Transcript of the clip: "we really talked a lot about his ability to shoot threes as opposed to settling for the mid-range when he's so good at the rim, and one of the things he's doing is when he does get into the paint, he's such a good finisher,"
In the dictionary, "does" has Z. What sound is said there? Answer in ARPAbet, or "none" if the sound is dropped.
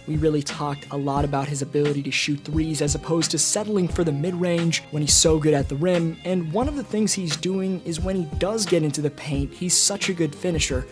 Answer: Z